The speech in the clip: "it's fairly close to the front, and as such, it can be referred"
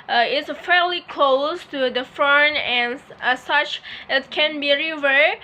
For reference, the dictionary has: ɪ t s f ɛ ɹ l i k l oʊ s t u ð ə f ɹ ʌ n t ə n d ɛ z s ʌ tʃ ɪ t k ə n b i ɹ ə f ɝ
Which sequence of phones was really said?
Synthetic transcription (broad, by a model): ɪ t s f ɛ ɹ l i k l oʊ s t u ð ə f ɹ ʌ n ə n s ʌ tʃ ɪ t k ə n b i ɹ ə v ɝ